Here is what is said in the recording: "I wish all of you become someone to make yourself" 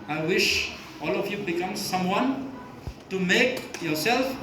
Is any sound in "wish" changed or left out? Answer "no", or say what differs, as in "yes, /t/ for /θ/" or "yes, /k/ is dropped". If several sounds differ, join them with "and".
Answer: no